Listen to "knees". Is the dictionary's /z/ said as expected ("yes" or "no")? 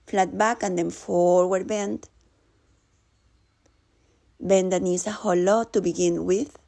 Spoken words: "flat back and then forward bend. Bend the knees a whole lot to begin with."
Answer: no